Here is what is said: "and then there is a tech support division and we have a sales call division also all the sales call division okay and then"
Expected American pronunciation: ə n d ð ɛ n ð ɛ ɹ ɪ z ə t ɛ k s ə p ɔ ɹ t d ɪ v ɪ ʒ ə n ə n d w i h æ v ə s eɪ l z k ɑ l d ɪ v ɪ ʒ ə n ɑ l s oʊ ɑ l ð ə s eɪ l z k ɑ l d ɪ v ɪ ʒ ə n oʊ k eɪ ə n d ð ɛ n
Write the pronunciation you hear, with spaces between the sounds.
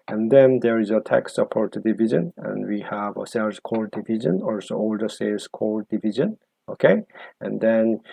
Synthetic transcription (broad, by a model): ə n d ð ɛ n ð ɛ ɹ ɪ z ə t ɛ k s ə p ɔ ɹ t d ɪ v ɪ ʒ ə n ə n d w i h æ v ə s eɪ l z k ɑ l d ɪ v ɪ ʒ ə n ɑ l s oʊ ɑ l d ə s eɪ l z k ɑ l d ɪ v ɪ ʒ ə n oʊ k eɪ ə n d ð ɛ n